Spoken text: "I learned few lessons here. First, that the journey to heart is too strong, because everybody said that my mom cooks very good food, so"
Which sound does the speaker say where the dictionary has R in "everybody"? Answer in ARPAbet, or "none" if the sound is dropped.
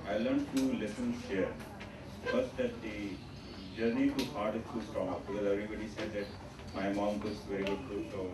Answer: R